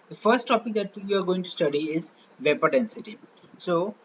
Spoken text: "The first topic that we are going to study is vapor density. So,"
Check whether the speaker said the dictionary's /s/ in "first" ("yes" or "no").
yes